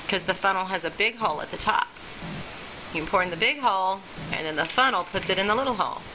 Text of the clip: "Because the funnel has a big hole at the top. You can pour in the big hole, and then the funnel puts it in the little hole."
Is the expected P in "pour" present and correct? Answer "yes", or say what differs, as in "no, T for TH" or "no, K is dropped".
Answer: yes